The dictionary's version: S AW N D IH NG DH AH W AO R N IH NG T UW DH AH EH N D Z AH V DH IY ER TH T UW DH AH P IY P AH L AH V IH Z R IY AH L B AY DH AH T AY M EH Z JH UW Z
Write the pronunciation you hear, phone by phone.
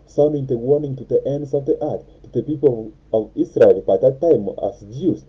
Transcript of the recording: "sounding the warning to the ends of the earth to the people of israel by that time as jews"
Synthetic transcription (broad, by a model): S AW N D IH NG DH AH W AO R N IH NG T UW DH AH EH N D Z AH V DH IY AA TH T UW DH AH P IY P AH L AH V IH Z R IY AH L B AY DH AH T AY M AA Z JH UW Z